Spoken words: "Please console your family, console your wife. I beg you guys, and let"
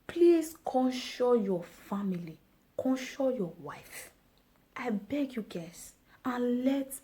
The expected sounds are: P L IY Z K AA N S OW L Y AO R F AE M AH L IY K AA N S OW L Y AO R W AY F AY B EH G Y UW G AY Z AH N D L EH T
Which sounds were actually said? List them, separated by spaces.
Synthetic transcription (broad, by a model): P L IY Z K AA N SH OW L Y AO F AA M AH L IY K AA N SH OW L Y AO W AY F AY B EH G Y UW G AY S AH N L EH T